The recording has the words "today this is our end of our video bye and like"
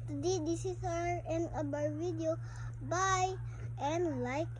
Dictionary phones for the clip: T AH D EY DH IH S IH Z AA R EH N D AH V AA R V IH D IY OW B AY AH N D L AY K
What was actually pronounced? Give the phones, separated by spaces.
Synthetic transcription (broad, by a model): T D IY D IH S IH S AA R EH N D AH B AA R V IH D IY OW B AY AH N L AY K